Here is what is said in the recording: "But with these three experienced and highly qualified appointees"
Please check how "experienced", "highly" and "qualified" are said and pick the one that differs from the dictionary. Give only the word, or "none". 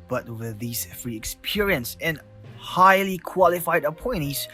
experienced